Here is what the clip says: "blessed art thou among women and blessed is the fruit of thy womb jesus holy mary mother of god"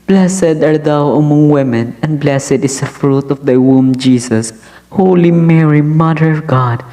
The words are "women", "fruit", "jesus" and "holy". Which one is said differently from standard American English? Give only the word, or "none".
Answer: jesus